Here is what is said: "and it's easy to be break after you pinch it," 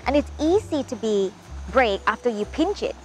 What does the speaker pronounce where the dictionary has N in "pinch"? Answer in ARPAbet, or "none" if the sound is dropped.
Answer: N